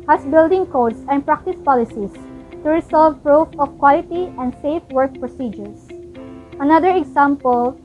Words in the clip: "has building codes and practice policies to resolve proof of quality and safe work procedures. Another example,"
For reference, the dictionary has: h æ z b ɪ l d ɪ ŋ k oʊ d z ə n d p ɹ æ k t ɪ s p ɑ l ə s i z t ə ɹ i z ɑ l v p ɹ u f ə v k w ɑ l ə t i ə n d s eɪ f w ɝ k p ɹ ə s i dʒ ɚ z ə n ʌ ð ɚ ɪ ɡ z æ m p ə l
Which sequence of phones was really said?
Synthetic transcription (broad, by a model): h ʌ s b ɪ l d ɪ ŋ k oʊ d s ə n p ɹ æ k t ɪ s p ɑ l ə s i s t ə ɹ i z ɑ l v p ɹ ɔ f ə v k w ɑ l ə t i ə n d s eɪ f w ɝ k p ɹ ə s i dʒ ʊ s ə n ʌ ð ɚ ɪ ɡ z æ m p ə l